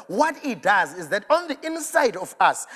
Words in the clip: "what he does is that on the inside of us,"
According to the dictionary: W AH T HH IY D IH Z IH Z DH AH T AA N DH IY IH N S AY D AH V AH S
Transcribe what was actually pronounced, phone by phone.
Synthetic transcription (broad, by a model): W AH T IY D IH Z IH Z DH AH T AA N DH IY IH N S AY D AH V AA S